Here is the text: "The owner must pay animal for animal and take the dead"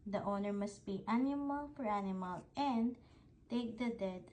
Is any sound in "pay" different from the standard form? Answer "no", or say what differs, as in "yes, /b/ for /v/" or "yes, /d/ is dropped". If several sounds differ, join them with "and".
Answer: yes, /b/ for /p/